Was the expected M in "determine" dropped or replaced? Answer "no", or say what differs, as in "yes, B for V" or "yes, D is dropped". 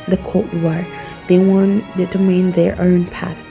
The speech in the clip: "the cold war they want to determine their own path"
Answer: yes, M is dropped